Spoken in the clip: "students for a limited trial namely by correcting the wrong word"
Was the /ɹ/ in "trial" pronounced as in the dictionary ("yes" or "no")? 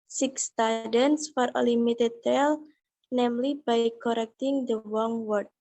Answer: no